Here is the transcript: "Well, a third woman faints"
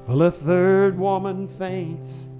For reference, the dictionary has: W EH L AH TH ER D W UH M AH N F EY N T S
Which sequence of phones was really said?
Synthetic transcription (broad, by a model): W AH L AH TH ER D W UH M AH N F EY N T S